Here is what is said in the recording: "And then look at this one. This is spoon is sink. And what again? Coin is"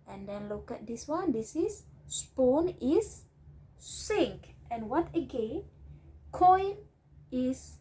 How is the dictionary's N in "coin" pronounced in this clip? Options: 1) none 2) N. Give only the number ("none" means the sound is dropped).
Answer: 2